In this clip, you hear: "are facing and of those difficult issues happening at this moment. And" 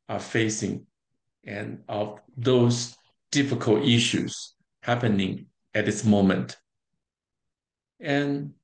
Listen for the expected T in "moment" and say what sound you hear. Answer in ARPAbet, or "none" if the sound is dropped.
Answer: T